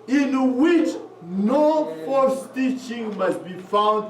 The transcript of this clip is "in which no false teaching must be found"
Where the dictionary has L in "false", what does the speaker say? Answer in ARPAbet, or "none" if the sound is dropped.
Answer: none